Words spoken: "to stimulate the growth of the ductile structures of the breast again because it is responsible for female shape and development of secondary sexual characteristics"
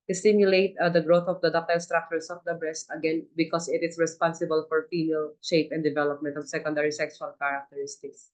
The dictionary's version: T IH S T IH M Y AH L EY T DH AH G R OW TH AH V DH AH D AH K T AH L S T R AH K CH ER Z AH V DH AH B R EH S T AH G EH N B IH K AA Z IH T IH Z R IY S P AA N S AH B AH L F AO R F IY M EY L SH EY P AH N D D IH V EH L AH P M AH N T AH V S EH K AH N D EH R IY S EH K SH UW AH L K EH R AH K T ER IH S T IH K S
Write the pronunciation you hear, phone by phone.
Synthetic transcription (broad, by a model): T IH S T IH M Y AH L EY T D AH G R OW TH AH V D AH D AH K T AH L S T R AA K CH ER S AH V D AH B R EH S T AH G EH N B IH K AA S IH T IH S R IY S P AA N S AH B AH L F AO R F IY M EY L SH EY P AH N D D IH V EH L AH P M AH N T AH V S EH K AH N D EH R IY S EH K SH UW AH L K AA R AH K T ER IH S T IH K S